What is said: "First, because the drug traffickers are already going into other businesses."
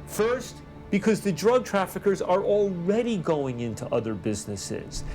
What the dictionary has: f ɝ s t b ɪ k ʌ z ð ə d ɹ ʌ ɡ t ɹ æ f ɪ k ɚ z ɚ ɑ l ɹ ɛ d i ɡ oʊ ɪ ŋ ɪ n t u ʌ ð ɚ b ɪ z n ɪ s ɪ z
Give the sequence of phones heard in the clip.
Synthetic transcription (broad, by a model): f ɝ s t b ɪ k ʌ z ð ə d ɹ ʌ ɡ t ɹ æ f ɪ k ɚ z ɚ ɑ l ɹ ɛ d i ɡ oʊ ɪ ŋ ɪ n t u ʌ ð ɚ b ɪ z n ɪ s ɪ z